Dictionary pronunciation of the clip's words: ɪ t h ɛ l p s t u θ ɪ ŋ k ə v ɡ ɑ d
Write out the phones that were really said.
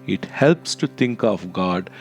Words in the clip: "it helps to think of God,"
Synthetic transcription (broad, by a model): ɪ t h ɛ l p s t u t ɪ ŋ k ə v ɡ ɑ d